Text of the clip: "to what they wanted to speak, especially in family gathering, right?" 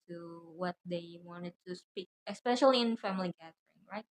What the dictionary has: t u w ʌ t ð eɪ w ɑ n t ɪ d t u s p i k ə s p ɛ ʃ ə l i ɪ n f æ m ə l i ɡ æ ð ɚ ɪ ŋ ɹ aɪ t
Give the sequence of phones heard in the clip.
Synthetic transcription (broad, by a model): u w ʌ t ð eɪ w ɑ n t ɪ d t u s p i k ə s p ɛ ʃ ə l i ɪ n f æ m ə l i ɡ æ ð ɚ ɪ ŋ ɹ aɪ t